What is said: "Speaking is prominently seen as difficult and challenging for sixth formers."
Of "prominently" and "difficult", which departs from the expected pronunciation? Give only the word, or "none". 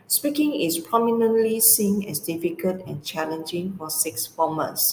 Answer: difficult